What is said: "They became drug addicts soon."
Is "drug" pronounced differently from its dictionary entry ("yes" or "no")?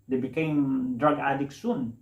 no